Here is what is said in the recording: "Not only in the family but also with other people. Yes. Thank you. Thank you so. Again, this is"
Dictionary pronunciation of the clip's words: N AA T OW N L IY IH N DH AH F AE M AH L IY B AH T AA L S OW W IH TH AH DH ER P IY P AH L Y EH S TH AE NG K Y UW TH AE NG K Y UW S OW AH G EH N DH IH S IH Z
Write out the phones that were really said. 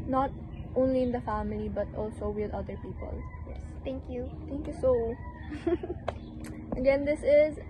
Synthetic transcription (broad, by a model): N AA T OW N L IY IH N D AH F AE M AH L IY B AH T AA L S OW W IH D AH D ER P IY P AH L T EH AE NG K Y UW T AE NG K Y UW S OW AH G EH N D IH S IH Z